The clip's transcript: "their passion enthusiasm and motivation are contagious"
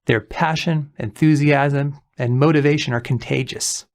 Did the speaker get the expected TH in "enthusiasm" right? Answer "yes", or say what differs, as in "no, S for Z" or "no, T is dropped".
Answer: yes